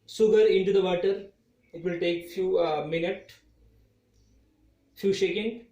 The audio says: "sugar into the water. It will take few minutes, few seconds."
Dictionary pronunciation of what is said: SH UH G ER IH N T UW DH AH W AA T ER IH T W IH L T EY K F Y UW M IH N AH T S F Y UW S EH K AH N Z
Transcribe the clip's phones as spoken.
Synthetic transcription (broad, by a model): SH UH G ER IH N T UW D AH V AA T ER IH T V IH L T EY K F Y UW M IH N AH T F Y UW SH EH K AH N